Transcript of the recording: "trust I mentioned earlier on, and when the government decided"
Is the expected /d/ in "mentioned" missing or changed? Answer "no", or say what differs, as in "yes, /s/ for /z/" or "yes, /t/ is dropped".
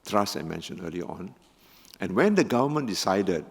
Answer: yes, /d/ is dropped